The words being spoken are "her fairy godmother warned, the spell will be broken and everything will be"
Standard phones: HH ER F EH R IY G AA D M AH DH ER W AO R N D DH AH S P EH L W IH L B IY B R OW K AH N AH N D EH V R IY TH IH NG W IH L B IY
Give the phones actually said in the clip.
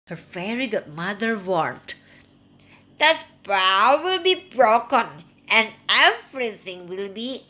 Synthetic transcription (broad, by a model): HH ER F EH R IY G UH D M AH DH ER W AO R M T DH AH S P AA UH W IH L B IY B R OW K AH N AH N D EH F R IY S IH NG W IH L B IY